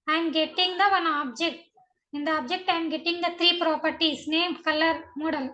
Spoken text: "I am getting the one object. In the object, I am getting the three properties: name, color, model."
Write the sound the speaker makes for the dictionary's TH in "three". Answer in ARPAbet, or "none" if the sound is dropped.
T